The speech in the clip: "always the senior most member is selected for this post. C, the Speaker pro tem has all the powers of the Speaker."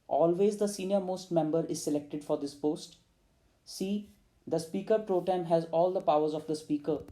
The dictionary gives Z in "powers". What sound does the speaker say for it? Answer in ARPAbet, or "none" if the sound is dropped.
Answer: Z